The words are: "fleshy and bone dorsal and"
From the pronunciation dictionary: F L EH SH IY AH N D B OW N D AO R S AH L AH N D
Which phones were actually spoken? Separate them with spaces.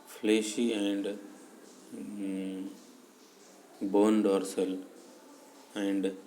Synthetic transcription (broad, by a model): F L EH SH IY AH N D B OW N D AO R S AH L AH N D